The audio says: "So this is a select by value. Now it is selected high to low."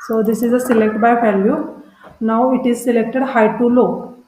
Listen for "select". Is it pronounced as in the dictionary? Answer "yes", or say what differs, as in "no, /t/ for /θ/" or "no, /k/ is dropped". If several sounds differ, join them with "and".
yes